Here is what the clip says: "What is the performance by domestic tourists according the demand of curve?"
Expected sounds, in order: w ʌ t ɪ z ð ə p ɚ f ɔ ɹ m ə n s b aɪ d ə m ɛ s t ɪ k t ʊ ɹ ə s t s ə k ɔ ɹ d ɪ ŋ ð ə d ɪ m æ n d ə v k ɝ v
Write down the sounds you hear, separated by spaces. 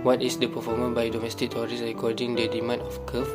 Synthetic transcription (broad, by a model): w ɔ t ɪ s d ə p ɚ f ɔ m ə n b aɪ d ə m ɛ s t ɪ k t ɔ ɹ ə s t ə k ɔ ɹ d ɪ ŋ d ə d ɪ m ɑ n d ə f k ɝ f